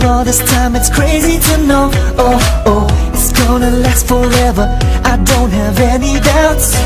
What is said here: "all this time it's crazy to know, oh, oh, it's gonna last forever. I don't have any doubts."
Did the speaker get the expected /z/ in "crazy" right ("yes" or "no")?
yes